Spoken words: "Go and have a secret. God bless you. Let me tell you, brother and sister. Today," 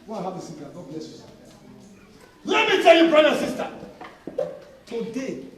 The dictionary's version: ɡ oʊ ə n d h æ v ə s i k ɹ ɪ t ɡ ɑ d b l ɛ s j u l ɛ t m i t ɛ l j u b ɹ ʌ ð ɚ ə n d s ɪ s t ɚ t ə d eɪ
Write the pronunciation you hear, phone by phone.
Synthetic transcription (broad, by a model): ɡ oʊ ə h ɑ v ə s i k ɪ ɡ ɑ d b l ɛ s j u l ɛ t m i t ɛ l j u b ɹ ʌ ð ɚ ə s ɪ s t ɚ t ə d eɪ